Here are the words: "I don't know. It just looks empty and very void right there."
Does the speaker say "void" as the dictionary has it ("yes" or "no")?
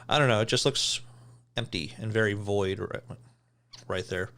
yes